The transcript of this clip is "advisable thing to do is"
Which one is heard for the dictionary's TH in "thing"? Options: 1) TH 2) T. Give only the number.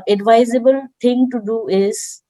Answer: 2